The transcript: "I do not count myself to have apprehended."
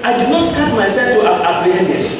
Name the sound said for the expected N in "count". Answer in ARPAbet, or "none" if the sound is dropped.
none